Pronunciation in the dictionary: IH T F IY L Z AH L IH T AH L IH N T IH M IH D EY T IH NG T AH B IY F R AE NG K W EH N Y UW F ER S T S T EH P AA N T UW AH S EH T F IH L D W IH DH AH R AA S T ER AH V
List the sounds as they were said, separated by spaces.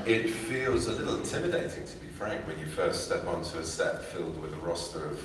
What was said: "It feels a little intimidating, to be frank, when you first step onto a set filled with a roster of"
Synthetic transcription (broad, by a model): IH T F IY L Z AH L IH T L IH N T IH M IH D EY T IH NG T AH B IY F R AE NG K W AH N Y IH F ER S T S T EH P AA N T AH S EH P F IH L D W IH DH AH R AA S T ER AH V